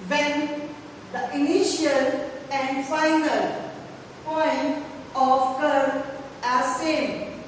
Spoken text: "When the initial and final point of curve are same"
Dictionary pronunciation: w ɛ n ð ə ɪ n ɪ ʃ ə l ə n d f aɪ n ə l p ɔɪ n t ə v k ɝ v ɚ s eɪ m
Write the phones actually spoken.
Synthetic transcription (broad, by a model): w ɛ n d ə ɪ n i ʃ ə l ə n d f aɪ n ə l p ɔɪ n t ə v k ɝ ɚ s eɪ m